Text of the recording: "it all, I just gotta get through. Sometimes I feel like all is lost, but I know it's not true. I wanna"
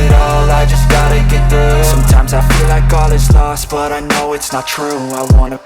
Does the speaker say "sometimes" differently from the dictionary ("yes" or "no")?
no